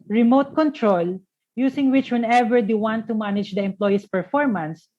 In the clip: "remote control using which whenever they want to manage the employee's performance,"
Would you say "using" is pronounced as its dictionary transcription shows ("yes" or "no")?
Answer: no